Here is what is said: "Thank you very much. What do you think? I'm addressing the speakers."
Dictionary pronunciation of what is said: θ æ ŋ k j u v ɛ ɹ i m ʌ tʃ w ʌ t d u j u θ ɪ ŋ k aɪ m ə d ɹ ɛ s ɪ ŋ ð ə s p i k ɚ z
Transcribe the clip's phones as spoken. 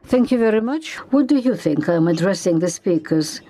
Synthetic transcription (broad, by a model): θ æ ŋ k j u v ɛ ɹ i m ʌ tʃ w ʌ t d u j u θ ɪ ŋ k aɪ m ə d ɹ ɛ s ɪ ŋ ð ə s p i k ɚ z